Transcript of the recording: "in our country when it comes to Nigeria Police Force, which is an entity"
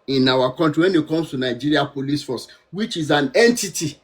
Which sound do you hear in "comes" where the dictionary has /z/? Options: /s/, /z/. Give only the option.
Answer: /s/